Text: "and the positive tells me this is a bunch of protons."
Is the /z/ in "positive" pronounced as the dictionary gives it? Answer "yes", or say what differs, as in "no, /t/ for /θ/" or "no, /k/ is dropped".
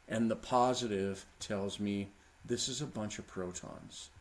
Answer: yes